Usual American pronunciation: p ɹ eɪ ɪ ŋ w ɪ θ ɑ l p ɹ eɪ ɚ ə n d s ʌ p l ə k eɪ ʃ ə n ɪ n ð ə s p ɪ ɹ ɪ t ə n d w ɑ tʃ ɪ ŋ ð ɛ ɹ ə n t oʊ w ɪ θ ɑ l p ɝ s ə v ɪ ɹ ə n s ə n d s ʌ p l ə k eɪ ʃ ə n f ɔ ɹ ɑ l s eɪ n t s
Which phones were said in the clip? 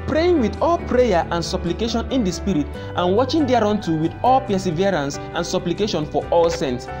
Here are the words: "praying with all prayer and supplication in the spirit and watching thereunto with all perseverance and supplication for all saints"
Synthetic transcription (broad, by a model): p ɹ eɪ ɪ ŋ w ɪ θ ɑ l p ɹ eɪ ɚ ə n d s ʌ p l ə k eɪ ʃ ə n ɪ n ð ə s p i ɹ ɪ t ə n w ɑ tʃ ɪ ŋ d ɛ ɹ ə n t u w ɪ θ ɑ l p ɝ s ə v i ɹ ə n s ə n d s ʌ p l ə k eɪ ʃ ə n f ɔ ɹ ɑ l s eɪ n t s